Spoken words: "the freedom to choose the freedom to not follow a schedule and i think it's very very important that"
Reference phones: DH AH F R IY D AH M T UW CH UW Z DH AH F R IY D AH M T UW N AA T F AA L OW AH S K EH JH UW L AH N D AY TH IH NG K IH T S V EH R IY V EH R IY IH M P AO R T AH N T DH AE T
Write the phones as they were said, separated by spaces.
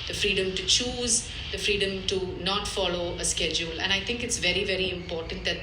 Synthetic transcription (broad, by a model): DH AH F R IY D AH M T UW CH UW Z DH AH F R IY D AH M T UW N AA T F AA L OW AH S K EH JH UW L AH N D AY T IH NG K IH T S V EH R IY V EH R IY IH M P AO R T AH N T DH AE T